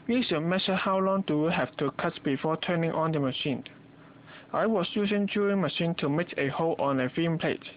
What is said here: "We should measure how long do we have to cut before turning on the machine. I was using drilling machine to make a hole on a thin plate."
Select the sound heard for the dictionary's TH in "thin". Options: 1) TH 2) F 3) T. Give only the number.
2